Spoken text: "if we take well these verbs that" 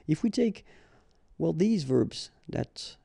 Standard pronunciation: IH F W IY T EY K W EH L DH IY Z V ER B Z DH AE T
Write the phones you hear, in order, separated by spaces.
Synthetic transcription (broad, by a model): IH F W IY T EY K W EH L DH IY Z V ER B Z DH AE T